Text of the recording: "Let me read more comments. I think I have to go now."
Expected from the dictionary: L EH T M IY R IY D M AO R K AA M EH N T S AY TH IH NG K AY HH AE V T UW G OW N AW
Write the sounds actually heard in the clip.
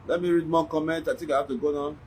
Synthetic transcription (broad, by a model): L EH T M IY R IY D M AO K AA M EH N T AY T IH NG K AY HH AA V T UW G OW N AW